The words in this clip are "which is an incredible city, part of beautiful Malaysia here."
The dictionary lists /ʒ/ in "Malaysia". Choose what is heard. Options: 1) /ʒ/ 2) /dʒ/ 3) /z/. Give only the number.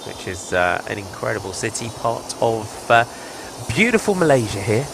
1